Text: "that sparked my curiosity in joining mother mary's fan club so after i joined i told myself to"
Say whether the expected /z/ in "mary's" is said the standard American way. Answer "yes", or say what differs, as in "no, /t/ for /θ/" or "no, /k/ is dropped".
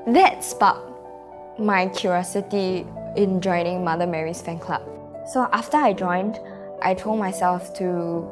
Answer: no, /s/ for /z/